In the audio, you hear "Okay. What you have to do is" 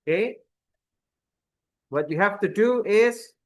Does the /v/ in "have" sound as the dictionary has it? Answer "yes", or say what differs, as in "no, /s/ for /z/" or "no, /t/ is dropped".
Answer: no, /f/ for /v/